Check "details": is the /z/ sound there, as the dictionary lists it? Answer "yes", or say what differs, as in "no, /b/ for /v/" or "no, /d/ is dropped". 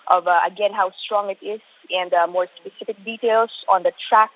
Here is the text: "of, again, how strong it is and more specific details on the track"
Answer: no, /s/ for /z/